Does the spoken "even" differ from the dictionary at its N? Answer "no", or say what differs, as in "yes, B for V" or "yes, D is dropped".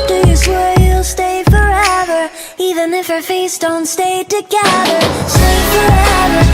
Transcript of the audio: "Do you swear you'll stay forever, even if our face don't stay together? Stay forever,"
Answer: no